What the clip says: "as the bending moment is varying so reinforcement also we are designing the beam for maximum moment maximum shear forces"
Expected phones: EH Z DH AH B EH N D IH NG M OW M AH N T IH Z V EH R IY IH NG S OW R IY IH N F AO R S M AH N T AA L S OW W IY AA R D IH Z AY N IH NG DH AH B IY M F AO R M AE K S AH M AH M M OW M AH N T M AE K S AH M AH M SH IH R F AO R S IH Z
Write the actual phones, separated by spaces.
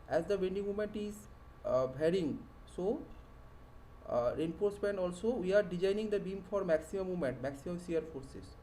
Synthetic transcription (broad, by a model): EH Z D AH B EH N D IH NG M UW M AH N T IH Z B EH R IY NG S OW R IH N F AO R S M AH N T AA L S OW W IY AA R D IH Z AY N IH NG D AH B IY M F AO R M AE K S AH M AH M M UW M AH N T M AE K S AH M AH M S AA R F AO R S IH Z